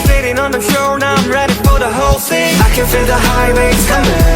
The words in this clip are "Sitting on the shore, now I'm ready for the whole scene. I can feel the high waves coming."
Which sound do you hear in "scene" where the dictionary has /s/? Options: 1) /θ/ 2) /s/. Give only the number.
1